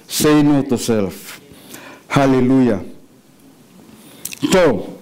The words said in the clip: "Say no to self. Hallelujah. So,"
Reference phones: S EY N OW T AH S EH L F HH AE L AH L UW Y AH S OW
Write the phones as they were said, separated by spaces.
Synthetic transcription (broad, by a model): S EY N OW T AH S EH L F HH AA L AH L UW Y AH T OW